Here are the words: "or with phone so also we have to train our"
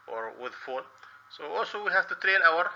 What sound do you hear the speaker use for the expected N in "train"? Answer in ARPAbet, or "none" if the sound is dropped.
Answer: L